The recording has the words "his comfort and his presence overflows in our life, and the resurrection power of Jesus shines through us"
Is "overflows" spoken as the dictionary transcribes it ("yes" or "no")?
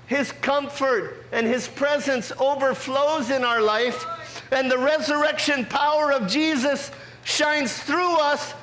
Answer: yes